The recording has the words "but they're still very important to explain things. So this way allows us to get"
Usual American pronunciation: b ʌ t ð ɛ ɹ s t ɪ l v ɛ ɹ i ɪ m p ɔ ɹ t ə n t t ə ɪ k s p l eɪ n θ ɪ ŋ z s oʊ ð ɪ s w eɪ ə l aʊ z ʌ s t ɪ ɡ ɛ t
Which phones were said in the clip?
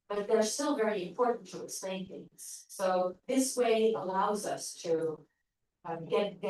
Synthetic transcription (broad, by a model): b ʌ t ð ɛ ɹ s t ɪ l v ɛ ɹ i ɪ m p ɔ ɹ t n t t ə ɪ k s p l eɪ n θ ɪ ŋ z s oʊ ð ɪ s w eɪ ə l aʊ z ʌ s t ɪ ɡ ɛ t